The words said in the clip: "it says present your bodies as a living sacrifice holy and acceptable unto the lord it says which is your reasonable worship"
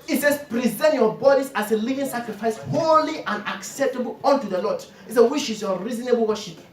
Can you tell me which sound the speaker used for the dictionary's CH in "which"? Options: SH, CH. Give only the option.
SH